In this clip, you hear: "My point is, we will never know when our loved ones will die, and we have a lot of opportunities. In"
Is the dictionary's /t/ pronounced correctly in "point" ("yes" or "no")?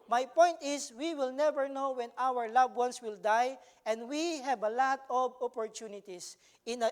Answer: yes